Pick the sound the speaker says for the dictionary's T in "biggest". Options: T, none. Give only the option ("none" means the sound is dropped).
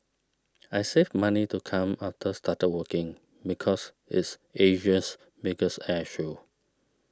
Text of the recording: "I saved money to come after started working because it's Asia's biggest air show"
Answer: none